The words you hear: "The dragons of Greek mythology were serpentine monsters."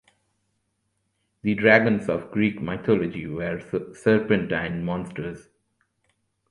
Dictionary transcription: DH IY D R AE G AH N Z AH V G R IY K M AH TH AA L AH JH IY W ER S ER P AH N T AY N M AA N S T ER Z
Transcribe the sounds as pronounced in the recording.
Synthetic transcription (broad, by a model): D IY D R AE G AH N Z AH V G R IY K M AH T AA L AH JH IY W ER S ER P AH N T AY N M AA N S T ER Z